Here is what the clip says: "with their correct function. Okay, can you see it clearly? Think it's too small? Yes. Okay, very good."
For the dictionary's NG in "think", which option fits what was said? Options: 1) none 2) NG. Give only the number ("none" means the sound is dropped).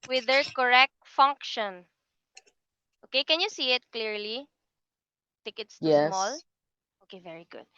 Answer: 1